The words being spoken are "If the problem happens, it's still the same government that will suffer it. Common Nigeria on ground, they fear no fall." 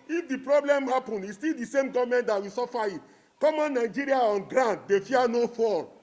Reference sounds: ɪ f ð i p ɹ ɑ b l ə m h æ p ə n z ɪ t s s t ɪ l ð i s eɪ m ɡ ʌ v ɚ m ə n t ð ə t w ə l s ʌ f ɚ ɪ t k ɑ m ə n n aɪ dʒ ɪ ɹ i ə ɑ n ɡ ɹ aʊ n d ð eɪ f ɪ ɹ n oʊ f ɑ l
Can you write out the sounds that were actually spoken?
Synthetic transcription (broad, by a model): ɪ f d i p ɹ ɑ b l ə m h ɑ p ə n ɪ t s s t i l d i s eɪ m ɡ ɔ v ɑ m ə n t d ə t w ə s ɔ f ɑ ɪ t k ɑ m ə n n aɪ dʒ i ɹ i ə ɑ n ɡ ɹ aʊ n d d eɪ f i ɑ n oʊ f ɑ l